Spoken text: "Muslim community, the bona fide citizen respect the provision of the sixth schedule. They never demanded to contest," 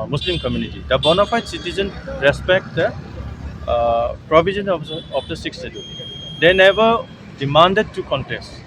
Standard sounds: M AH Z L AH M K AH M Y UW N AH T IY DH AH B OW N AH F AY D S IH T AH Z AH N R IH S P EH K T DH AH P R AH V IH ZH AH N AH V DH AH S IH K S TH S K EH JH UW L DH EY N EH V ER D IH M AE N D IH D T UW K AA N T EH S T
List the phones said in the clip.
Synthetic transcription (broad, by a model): M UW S L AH M K AH M Y UW N AH T IY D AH B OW N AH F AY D S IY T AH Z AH N R IH S P EH K T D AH P R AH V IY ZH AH N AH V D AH S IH K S S EH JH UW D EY N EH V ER D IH M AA N D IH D T UW K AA N T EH S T